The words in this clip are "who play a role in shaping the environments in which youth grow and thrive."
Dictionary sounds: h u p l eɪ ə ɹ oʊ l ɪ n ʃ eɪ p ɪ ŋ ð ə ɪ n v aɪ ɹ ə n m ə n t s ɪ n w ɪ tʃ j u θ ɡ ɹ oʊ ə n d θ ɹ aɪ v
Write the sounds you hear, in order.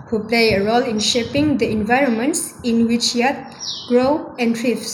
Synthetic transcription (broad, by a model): h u p l eɪ ə ɹ oʊ l ɪ n ʃ eɪ p ɪ ŋ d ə ɪ n v aɪ ɹ ə n m ə n t s ɪ n w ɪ tʃ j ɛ t ɡ ɹ oʊ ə n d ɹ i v